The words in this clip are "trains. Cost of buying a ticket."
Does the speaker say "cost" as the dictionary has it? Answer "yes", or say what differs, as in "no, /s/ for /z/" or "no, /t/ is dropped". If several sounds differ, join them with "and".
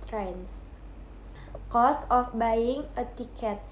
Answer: yes